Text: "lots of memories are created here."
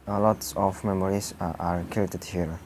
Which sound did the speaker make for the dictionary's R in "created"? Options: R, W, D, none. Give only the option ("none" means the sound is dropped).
none